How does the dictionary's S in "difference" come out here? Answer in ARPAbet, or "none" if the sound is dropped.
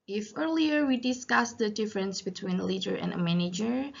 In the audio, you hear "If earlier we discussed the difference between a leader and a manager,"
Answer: S